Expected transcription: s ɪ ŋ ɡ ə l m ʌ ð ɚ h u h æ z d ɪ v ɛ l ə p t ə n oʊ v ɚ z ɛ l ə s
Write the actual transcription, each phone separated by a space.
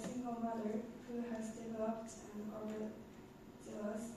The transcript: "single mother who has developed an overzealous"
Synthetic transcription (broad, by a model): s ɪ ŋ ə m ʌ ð ɚ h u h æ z d ɪ v ɛ l ə p t ə n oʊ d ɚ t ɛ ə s